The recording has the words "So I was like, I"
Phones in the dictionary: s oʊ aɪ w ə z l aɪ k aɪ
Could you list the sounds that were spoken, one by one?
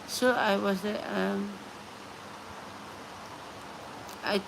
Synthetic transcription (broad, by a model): s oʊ aɪ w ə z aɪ aɪ